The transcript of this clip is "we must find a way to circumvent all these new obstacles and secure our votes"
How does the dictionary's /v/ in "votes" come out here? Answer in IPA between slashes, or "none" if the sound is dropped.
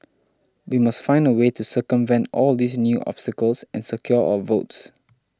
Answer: /v/